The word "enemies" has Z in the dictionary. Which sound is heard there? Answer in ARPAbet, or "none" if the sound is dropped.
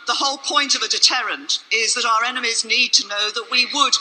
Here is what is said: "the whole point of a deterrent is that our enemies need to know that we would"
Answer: Z